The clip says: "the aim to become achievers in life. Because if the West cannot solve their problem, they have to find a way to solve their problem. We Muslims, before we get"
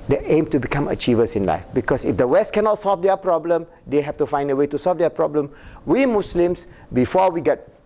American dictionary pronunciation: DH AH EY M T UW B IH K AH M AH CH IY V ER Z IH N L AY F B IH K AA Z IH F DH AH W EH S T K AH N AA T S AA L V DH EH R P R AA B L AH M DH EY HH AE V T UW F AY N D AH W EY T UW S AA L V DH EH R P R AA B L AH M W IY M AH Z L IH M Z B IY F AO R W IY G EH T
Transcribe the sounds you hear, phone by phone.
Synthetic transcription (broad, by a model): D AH EY M T UW B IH K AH M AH CH IY V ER S IH N L AY F B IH K AA S IH F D AH W EH S T K AH N AA T S AA L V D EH P R AA B L AH M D EY HH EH F T UW F AY N D AH W EY T UW S AA L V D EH P R AA B L AH M W IY M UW S L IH M S B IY F AO W IY G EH T